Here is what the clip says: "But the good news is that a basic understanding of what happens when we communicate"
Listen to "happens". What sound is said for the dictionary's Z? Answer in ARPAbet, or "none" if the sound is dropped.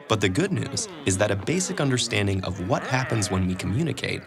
Z